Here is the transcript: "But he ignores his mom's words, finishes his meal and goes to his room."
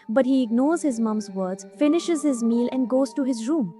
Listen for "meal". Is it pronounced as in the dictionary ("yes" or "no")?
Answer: yes